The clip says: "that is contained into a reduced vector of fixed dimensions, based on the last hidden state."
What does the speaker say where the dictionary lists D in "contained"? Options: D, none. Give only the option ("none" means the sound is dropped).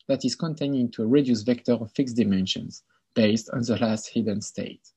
none